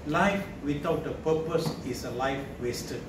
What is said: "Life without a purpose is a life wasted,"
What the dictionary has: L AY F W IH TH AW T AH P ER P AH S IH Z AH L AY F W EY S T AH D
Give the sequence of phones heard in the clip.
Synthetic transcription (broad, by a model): L AY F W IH T AW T AH P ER P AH S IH S AH L AY F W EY S T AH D